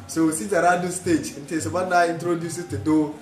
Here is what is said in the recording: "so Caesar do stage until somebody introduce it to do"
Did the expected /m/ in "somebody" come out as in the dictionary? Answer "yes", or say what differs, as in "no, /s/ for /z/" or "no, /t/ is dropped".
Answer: no, /m/ is dropped